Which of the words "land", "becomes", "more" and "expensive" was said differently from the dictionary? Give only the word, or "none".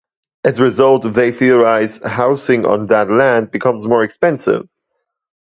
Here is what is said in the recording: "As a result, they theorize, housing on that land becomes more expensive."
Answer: none